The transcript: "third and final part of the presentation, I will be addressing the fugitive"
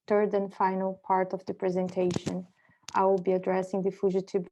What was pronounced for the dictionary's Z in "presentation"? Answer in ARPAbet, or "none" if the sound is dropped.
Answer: Z